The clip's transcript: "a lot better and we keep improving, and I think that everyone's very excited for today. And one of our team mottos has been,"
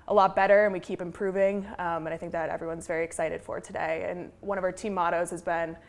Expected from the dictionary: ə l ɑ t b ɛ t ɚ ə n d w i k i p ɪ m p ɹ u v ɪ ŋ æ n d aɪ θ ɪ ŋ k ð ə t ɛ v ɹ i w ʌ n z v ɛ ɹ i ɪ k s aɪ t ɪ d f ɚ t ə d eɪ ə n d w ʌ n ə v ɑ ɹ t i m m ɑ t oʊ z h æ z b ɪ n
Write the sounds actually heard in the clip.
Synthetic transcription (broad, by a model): ə l ɑ t b ɛ t ɚ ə n w i k i p ɪ m p ɹ u v ɪ ŋ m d aɪ θ ɪ ŋ k ð ə t ɛ v ɹ i w ʌ n z v ɛ ɹ i ɪ k s aɪ t ɪ d f ɚ t ə d eɪ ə n w ʌ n ə v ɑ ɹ t i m m ɑ t oʊ z h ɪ z b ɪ n